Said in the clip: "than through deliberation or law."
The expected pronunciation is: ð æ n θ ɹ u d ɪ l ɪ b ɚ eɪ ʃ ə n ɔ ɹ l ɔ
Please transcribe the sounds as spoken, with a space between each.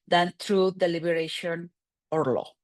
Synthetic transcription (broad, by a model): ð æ n t ɹ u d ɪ l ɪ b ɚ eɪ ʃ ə n ɔ ɹ l ɔ